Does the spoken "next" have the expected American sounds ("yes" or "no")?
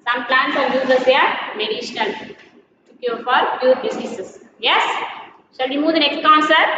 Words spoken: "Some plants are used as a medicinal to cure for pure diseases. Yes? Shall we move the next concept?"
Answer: yes